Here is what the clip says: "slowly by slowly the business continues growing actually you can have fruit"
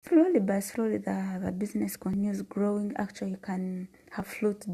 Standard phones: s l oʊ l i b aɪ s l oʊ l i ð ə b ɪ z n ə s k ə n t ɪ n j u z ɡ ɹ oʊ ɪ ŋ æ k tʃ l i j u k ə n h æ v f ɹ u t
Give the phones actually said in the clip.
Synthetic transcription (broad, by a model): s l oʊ l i b aɪ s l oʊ l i ð ə b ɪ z n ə s k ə n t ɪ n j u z ɡ ɹ oʊ ɪ ŋ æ k tʃ i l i k ə n h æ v f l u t